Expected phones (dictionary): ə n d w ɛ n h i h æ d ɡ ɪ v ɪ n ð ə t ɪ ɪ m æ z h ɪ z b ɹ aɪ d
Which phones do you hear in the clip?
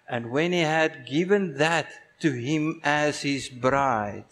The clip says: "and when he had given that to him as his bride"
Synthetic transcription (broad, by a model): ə n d w ɛ n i h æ d ɡ ɪ v ɪ n ð ə t ɪ ɪ m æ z h ɪ z b ɹ aɪ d